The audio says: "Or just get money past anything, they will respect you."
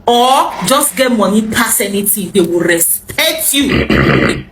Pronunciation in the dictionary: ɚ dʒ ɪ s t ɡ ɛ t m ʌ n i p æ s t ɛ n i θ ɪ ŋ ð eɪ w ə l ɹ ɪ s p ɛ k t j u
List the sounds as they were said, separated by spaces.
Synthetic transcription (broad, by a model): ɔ dʒ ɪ s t ɡ ɛ t m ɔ n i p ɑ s ɛ n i t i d eɪ w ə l ɹ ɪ s p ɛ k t j u